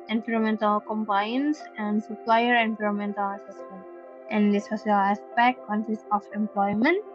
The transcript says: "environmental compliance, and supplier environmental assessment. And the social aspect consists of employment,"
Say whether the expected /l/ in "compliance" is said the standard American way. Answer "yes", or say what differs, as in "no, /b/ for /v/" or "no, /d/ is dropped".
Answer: no, /l/ is dropped